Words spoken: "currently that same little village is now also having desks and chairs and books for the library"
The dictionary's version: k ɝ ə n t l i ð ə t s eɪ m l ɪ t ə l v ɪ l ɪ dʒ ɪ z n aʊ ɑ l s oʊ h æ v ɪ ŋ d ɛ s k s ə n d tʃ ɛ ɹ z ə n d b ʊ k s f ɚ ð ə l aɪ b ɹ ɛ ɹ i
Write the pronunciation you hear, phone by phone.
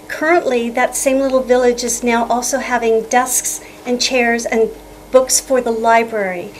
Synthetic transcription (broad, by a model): k ɝ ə n t l i ð ə t s eɪ m l ɪ t l v ɪ l ɪ dʒ ɪ z n aʊ ɑ l s oʊ h æ v ɪ ŋ d ɛ s k s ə n tʃ ɛ ɹ z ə n b ʊ k s f ɚ ð ə l aɪ b ɹ ɛ ɹ i